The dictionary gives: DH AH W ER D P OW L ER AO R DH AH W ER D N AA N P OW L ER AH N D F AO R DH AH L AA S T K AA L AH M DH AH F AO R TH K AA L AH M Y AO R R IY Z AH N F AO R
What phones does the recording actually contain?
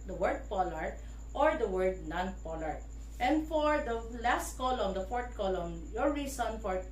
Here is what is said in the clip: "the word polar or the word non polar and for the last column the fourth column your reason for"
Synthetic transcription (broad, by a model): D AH W ER D P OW L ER AO R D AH W ER D N AA N P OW L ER AH N D F AO R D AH L AA S T K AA L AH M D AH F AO R T K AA L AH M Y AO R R IY S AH N F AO R